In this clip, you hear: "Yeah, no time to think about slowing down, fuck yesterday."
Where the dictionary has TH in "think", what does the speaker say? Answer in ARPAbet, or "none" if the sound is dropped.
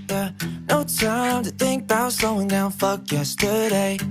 TH